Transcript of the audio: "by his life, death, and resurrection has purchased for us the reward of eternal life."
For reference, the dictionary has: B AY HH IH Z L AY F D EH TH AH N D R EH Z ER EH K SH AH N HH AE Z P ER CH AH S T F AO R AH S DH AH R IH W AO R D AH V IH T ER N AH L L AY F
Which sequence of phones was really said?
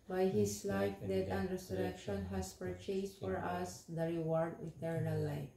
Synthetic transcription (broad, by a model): B AY HH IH S L AY F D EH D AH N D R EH S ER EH K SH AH N HH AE S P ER CH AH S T F AO R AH S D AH R IH W AO R D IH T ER N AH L L AY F